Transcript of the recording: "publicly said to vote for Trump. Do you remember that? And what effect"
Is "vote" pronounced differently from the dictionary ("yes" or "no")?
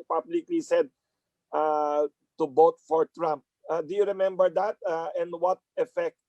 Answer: yes